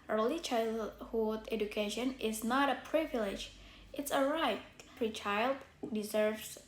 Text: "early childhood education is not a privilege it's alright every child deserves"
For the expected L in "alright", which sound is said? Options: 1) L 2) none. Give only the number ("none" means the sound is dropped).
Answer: 2